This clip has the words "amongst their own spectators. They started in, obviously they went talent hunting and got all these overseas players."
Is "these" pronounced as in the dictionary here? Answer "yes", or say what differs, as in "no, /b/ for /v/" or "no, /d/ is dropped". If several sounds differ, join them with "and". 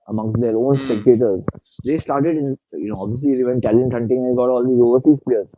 no, /z/ is dropped